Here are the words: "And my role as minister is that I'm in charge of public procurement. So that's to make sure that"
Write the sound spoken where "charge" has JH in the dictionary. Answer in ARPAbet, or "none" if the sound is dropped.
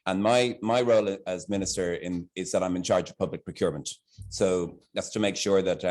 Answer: JH